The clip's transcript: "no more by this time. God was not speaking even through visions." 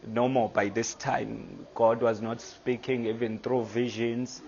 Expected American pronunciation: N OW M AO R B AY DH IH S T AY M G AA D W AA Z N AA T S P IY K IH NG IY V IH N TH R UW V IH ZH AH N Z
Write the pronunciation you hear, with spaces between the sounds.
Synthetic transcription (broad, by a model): N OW M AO B AY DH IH S T AY M G AA D W AA Z N AA T S P IY K IH NG IY V IH N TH R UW V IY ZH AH N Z